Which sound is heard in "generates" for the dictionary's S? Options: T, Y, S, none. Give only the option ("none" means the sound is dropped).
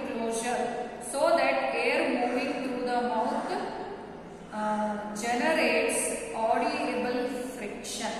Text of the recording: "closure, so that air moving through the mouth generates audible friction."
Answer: S